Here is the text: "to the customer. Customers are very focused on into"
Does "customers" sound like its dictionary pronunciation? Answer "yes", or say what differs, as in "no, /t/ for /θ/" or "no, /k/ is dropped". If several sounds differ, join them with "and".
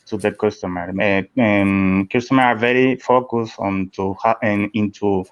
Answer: no, /z/ is dropped